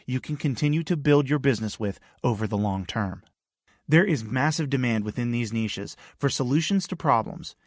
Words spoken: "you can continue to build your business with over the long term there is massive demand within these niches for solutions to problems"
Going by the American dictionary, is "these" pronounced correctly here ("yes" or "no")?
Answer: yes